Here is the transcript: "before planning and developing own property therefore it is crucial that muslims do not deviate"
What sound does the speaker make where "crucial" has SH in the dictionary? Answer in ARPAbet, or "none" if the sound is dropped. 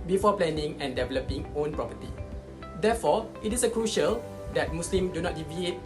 SH